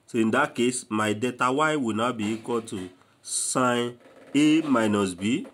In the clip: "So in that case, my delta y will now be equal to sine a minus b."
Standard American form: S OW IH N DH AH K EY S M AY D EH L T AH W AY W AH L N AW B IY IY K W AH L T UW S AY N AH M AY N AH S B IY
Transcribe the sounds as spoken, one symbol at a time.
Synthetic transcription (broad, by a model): S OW IH N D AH K EY S M AY D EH T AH W AY W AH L N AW B IY IY K W AH L T UW S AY N AH M AY N AH S B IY